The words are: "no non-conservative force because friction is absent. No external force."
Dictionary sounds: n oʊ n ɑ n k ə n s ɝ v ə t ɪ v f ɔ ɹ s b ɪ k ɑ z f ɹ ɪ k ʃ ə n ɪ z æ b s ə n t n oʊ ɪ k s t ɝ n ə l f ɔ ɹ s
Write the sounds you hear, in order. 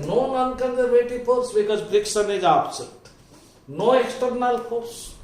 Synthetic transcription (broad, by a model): n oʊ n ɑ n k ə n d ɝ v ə t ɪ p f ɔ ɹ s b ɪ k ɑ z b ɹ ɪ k s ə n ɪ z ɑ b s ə t n oʊ ɪ k s t ɝ n ə l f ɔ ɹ s